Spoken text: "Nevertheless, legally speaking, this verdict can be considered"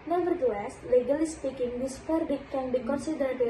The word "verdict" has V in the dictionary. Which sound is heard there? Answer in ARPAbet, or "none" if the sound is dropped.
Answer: P